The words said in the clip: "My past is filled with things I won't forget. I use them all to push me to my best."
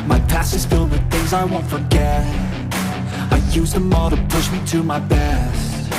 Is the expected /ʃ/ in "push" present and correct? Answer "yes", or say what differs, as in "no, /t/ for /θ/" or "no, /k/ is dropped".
yes